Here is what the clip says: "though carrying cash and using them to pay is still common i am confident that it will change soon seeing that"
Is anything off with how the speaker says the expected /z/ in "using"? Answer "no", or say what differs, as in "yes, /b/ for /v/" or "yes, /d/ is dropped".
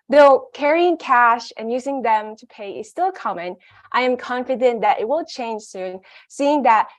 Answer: no